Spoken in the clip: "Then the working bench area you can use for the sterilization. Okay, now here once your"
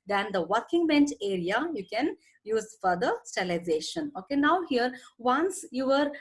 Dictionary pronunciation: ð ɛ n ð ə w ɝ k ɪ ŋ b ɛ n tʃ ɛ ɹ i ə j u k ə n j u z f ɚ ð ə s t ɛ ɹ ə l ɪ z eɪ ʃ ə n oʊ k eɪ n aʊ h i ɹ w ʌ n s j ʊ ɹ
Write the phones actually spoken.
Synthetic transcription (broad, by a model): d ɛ n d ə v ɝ k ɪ ŋ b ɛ n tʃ ɛ ɹ i ə j u k ə n j u z f ɚ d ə s t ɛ l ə ɪ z eɪ ʃ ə n oʊ k eɪ n aʊ h i ɹ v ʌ n s j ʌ ɹ